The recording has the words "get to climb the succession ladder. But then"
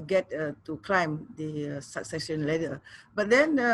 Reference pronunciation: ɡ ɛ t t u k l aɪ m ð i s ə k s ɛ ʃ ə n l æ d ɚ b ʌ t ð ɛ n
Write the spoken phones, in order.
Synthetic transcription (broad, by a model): ɡ ɛ t t u k l aɪ m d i s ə k s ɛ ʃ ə n l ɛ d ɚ b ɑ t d ɛ n